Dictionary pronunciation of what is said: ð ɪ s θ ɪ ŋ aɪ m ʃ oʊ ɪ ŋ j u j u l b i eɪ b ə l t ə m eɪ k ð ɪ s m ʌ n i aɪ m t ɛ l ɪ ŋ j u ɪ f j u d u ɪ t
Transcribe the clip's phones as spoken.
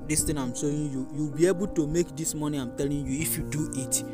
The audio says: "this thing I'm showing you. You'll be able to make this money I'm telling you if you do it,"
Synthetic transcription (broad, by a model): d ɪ s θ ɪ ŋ aɪ m s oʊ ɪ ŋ j u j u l b i eɪ b ə l t ə m eɪ k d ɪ s m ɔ n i aɪ m t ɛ l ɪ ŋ j u ɪ f j u d u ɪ t